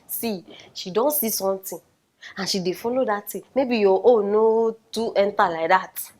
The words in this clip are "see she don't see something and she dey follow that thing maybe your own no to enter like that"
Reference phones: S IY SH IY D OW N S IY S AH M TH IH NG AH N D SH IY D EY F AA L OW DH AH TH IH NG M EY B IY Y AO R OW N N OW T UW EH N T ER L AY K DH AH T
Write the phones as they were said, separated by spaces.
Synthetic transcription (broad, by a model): S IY SH IY D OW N S IY S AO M T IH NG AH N SH IY D EY F AA L OW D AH T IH M EY B IY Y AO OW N N OW T UW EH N T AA L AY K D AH T